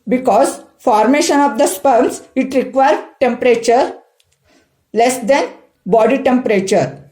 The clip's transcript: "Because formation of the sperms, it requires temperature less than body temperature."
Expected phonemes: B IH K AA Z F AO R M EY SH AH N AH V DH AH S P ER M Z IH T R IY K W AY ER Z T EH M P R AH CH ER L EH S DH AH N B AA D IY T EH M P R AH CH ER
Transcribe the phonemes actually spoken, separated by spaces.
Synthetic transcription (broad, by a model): B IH K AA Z F AO R M EY SH AH N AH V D AH S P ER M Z IH T R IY K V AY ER T EH M P R AH CH ER L EH S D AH N B AA D IY T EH M P R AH CH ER